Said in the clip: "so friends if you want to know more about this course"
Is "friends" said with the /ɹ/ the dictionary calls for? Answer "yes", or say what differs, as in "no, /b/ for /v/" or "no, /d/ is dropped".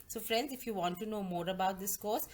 yes